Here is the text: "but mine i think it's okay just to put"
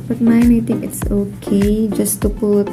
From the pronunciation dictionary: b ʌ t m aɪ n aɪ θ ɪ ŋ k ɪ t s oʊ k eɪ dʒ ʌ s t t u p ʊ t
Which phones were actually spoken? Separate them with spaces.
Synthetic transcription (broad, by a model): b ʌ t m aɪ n aɪ t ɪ ŋ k ɪ t s oʊ k eɪ dʒ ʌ s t t u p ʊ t